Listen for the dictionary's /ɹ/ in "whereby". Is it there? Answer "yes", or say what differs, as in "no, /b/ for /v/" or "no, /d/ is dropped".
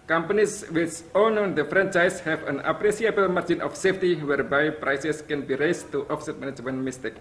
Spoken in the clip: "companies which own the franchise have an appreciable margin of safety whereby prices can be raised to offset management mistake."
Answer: yes